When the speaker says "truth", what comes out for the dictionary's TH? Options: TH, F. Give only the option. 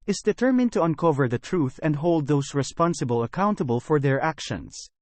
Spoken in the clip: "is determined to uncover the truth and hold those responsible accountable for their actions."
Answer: TH